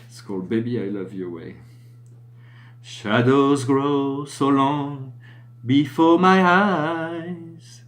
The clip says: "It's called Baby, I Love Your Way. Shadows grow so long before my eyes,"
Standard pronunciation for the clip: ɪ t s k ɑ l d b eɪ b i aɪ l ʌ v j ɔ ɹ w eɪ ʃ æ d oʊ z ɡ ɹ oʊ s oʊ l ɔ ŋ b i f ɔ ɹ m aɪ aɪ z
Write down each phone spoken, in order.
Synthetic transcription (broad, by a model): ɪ t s k ɑ l d b eɪ b i aɪ l ʌ v j ɔ ɹ w eɪ ʃ æ d oʊ z ɡ ɹ oʊ s oʊ l ɔ ŋ b i f ɔ ɹ m aɪ aɪ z